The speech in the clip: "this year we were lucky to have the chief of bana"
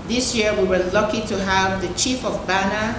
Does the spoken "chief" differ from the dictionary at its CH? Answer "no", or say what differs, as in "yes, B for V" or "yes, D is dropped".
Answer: no